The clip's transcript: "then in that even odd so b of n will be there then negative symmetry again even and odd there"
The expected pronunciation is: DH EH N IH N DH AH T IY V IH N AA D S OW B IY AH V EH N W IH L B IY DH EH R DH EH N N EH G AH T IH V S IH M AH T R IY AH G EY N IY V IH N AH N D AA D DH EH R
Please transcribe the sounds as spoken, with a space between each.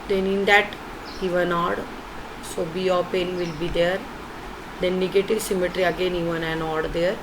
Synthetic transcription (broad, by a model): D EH N IH N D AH T IY V IH N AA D S OW B IY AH P EH N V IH L B IY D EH R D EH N N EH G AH T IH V S IH M AH T R IY AH G EY N IY V IH N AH N AA D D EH R